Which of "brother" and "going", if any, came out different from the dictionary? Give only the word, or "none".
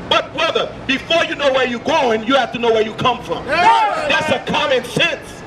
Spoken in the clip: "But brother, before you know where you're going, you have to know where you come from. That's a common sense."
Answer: none